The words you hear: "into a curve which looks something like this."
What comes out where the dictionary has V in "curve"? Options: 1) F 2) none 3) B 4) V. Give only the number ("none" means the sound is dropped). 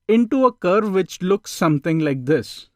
4